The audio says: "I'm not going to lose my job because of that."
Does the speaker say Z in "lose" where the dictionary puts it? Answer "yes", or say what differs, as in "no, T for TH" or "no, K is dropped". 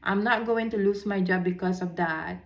no, S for Z